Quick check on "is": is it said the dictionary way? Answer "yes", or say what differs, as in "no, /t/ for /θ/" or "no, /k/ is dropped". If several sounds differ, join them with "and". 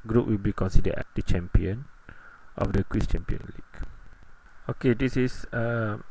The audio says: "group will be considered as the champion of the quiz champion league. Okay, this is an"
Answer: no, /s/ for /z/